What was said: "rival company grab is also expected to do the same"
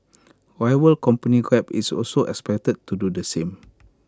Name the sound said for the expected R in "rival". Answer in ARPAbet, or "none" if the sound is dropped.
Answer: W